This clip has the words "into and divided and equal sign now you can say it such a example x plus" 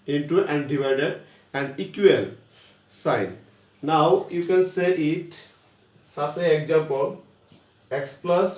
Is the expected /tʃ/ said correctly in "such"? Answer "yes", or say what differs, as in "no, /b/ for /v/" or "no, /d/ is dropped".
no, /s/ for /tʃ/